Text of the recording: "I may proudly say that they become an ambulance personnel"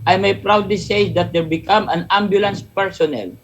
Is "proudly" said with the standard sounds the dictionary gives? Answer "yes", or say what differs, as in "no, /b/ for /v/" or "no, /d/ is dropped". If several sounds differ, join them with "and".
yes